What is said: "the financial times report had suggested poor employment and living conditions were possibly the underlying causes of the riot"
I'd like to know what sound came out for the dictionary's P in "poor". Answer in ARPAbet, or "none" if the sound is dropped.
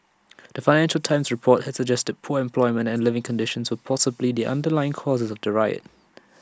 P